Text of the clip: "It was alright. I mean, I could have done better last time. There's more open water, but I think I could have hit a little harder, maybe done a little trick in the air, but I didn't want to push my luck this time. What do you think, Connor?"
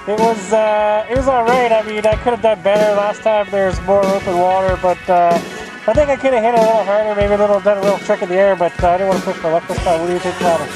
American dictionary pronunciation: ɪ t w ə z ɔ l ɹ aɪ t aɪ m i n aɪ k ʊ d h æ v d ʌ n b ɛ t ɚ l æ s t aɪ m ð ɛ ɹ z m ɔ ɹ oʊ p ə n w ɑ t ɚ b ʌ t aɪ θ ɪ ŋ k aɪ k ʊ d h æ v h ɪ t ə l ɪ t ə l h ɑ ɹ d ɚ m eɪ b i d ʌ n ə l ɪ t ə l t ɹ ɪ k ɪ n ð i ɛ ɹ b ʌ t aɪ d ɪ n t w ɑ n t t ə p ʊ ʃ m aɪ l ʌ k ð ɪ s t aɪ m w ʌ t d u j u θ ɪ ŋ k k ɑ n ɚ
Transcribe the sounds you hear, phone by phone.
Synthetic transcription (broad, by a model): ɪ t w ə z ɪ w ɹ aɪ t aɪ m i n aɪ k ʊ d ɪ v d ʌ n b ɛ t ɚ l æ s t aɪ m ð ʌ ɹ z m ɔ ɹ oʊ p ə n w ɑ t ɚ b ʌ t aɪ θ ɪ ŋ k aɪ k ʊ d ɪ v h ɪ t ə l ɪ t l h ɑ ɹ d ɚ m eɪ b i d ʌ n ə l ɪ t l t ɹ ɪ k ɪ n ð i ɛ ɹ b ʌ t aɪ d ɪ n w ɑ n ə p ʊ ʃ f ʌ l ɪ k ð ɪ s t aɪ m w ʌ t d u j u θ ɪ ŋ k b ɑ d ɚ